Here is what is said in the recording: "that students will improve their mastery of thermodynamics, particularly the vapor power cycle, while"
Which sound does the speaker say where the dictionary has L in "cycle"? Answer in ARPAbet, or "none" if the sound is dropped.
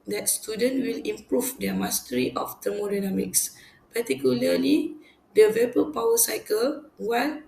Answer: L